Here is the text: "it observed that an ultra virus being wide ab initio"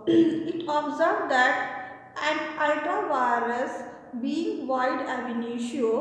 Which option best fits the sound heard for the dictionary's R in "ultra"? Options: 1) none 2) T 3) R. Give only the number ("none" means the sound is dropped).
1